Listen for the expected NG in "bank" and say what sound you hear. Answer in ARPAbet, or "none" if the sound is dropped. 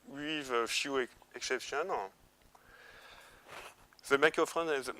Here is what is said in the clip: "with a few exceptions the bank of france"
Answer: none